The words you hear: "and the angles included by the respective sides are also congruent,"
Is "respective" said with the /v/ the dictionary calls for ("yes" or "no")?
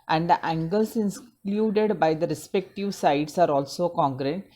yes